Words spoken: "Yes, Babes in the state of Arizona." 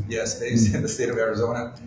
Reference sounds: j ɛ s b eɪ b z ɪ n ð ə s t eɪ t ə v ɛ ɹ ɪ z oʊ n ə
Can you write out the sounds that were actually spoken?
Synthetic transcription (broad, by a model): j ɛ s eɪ z ɪ n ð ə s t eɪ t ə v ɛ ɹ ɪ z oʊ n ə